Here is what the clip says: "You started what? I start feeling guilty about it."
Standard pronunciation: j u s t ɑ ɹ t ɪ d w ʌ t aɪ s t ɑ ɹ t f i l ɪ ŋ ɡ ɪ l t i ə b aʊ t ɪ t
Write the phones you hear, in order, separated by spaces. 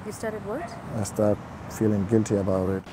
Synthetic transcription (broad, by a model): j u s t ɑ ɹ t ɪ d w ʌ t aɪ s t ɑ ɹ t f i l ɪ ŋ ɡ ɪ l t i ə b aʊ t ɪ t